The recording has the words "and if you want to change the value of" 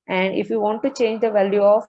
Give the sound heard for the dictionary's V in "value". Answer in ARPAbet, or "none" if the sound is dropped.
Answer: V